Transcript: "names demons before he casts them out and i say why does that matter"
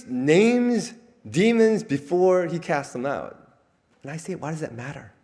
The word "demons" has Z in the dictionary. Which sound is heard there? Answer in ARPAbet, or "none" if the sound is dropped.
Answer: Z